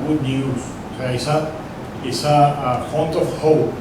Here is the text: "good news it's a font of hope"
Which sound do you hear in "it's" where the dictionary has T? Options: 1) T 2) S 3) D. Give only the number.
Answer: 2